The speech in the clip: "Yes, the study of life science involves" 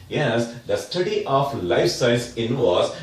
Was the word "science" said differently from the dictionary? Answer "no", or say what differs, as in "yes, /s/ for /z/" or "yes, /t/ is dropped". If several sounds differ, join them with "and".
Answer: yes, /n/ is dropped